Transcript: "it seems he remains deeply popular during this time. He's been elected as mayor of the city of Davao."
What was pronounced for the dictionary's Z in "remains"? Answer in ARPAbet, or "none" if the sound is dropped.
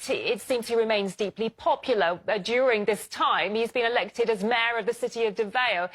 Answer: Z